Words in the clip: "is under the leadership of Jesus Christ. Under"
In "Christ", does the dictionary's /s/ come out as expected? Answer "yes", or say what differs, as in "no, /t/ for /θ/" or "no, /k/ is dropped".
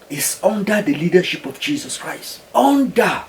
yes